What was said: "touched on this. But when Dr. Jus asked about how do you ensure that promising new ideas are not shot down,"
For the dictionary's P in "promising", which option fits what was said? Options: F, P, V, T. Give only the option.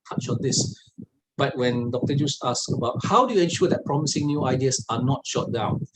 P